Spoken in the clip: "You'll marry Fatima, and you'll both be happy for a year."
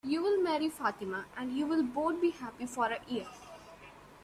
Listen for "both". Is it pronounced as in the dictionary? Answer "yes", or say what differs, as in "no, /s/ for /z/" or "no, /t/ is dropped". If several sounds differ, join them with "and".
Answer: no, /t/ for /θ/